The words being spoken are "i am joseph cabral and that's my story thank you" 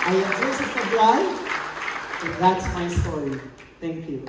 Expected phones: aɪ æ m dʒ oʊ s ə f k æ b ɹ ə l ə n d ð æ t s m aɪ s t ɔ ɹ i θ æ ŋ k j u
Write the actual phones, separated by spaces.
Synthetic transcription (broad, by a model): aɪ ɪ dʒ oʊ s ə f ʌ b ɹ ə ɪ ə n ð æ t s m aɪ s t ɔ ɹ i θ æ ŋ k j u